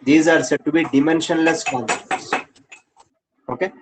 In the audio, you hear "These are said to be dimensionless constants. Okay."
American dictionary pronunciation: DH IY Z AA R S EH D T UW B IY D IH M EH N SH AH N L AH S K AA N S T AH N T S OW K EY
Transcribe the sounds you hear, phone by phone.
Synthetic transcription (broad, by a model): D IY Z AA R S EH D T UW B IY D IH M EH N SH AH N L AH S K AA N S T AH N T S OW K EY